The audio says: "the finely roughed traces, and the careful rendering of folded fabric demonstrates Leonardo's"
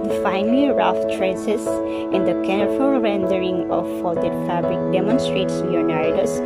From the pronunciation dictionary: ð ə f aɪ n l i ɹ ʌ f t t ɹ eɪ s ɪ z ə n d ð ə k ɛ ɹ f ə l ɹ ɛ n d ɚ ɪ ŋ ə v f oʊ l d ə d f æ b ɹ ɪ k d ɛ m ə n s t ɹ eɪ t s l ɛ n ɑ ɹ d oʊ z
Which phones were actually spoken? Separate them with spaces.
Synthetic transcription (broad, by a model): f aɪ n l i ɹ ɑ f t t ɹ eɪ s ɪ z ə n d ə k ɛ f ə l ɹ ɛ n d ɚ ɪ ŋ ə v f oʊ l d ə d f æ b ɹ ɪ k d ɛ m ə n s t ɹ eɪ t s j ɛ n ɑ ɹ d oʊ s